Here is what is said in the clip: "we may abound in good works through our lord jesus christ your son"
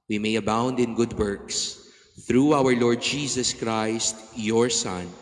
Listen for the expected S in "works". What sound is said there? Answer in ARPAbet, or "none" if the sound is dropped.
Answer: S